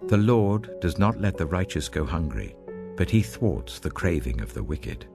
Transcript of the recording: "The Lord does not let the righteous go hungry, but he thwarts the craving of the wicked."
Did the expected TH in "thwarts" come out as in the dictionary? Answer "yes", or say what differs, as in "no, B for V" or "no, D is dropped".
yes